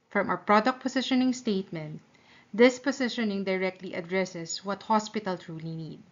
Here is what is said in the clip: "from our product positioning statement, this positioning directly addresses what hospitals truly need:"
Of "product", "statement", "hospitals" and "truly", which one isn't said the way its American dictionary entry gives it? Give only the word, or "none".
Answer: hospitals